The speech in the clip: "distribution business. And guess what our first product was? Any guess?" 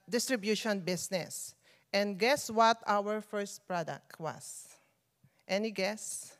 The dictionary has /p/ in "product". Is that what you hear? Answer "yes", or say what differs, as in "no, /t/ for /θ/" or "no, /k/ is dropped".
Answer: yes